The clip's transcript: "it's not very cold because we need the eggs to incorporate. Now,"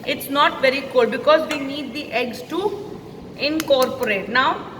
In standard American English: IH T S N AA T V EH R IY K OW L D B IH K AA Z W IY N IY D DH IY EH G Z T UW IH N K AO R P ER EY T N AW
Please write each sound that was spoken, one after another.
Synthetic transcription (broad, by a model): IH T S N AA T V EH R IY K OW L D B IH K AA Z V IY N IY D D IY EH G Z T UW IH N K AO R P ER EY T N AW